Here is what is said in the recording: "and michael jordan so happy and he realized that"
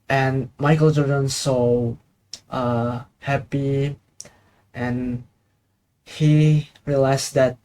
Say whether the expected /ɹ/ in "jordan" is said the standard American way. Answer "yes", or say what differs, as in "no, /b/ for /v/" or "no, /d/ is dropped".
no, /l/ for /ɹ/